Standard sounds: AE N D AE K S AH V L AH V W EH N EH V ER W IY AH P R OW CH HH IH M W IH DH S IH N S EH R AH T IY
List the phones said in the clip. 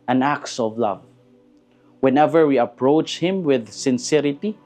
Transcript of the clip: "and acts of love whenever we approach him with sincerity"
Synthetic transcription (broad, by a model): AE N AE K S AH V L AH V W EH N EH V ER W IY AH P R OW CH HH IH M W IH DH S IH N S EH R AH T IY